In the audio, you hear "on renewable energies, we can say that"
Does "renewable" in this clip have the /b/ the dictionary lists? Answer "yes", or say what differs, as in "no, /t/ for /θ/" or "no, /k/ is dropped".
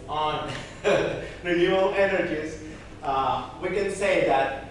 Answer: no, /b/ is dropped